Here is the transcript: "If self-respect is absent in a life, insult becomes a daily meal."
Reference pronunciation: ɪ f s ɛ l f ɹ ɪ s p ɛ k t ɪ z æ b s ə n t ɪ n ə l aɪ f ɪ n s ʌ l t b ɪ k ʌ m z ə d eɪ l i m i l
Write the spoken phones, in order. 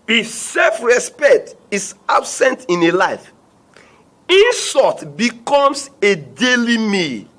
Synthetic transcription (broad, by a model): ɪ s ɛ l f ɹ ɪ s p ɛ k t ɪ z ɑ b s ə n t ɪ n ə l aɪ f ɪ n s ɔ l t b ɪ k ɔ m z ə d eɪ l i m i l